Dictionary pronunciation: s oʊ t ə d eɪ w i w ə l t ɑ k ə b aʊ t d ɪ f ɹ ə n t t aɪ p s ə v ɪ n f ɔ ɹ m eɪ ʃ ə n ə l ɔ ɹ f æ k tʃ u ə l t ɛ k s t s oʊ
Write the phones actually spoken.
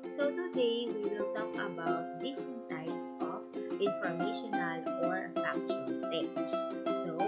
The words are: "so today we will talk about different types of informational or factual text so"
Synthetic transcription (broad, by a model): s oʊ t ə d eɪ w i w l t ɑ k ə b aʊ t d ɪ f ɹ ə n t t aɪ p s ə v ɪ n f ɔ ɹ m eɪ ʃ ə n ə l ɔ ɹ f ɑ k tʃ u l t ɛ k t s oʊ